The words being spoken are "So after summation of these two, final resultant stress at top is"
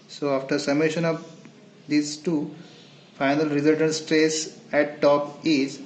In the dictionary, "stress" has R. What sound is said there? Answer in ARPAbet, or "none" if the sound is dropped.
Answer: R